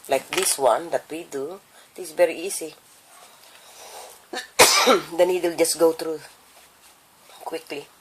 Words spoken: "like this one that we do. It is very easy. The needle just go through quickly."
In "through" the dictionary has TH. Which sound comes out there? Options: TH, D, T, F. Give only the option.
T